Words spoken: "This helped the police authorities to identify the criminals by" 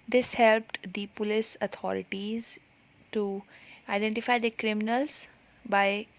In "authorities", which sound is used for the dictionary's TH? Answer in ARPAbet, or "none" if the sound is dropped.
T